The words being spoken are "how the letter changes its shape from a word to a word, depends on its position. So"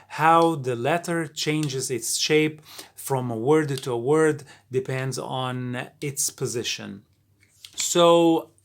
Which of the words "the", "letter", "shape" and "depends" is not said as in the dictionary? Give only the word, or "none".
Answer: none